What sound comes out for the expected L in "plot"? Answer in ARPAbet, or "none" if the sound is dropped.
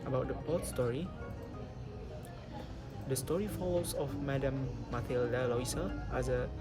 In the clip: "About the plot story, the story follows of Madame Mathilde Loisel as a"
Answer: none